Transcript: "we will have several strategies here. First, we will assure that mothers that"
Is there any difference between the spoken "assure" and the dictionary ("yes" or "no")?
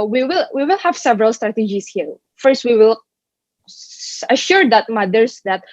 no